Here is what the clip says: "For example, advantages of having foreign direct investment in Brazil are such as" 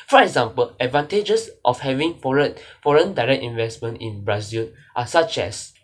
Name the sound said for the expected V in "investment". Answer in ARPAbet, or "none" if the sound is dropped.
V